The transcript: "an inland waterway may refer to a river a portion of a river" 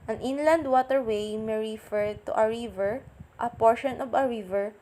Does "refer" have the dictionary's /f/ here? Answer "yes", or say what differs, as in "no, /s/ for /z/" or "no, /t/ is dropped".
yes